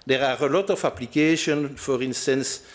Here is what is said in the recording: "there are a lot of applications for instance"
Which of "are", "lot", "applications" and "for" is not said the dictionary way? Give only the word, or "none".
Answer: applications